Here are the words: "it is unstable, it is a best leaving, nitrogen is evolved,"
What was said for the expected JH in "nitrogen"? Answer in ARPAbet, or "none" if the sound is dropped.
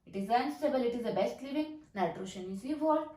SH